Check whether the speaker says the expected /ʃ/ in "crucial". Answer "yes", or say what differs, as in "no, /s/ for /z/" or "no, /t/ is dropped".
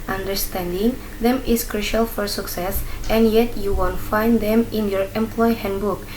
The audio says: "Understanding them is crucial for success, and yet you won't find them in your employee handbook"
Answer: yes